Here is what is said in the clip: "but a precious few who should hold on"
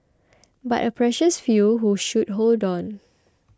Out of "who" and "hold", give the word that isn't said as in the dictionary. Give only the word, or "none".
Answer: none